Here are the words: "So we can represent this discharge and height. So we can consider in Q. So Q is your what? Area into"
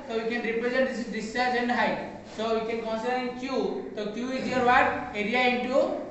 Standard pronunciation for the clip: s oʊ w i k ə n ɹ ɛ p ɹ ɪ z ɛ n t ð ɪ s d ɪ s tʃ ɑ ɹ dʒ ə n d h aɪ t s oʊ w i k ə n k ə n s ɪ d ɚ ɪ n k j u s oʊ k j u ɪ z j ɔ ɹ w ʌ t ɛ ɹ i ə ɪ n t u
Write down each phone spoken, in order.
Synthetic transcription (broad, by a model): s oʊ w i k ə n ɹ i p ɹ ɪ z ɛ n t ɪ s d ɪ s ɑ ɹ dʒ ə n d h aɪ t s oʊ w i k ə n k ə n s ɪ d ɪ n k j u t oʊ k j u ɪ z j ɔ ɹ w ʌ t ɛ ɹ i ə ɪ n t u